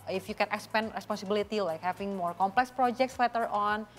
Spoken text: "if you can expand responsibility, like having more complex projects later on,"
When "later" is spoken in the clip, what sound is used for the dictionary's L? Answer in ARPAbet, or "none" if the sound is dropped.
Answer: W